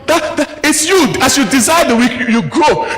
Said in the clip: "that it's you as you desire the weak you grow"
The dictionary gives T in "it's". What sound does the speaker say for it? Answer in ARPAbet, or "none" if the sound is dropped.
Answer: T